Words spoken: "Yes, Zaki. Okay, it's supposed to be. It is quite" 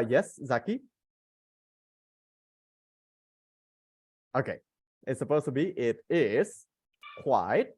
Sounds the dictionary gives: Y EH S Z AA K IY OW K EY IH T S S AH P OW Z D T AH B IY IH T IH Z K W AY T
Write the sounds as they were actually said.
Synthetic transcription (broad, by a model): Y EH S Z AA K IY OW K EY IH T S S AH P OW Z T AH B IY IH T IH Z K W AY T